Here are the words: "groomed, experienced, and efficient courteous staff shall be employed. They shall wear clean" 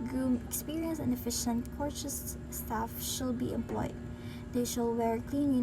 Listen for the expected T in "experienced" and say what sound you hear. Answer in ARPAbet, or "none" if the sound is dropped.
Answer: none